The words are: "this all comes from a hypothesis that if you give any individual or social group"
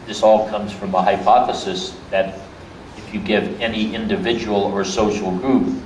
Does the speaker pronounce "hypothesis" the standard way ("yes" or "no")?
yes